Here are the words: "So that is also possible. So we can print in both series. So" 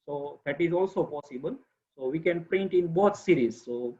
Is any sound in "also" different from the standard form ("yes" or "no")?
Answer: no